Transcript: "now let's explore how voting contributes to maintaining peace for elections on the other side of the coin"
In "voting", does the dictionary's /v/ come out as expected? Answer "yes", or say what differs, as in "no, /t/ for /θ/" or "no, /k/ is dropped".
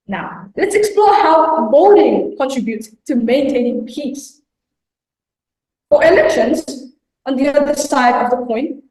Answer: no, /b/ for /v/